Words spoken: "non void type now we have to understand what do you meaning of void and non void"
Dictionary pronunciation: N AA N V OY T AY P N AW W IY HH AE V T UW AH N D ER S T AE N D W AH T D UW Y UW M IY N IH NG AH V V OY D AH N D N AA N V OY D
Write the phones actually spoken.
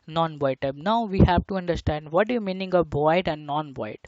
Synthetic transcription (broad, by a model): N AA N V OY T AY B N AW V IY HH AE V T UW AH N D ER S T AE N D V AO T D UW Y UW M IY N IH NG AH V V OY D AH N D N AA N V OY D